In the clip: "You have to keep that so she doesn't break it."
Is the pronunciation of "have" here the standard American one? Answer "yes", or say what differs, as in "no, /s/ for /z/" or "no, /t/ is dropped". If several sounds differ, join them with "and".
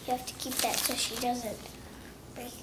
no, /f/ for /v/